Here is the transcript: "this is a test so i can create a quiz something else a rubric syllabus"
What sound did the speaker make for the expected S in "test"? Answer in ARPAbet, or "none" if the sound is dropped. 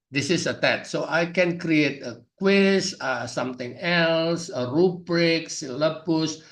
none